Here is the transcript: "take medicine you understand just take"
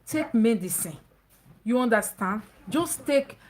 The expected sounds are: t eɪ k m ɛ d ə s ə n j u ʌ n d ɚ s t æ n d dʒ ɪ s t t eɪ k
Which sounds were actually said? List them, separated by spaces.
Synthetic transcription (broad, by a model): t eɪ k m ɛ d ə s ə n j u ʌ n d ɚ s t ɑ n d dʒ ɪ s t t eɪ k